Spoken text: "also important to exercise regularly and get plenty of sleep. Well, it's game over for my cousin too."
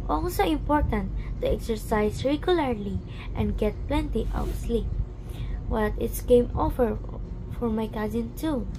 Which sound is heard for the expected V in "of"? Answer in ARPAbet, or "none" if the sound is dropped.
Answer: W